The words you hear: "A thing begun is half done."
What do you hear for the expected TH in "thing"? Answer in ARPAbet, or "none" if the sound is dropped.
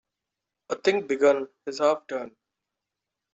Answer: T